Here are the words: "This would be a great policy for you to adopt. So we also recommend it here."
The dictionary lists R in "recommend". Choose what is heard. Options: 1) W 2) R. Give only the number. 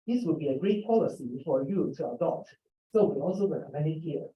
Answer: 1